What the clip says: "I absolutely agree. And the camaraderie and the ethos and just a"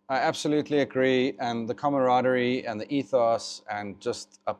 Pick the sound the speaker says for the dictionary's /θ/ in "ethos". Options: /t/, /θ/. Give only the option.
/θ/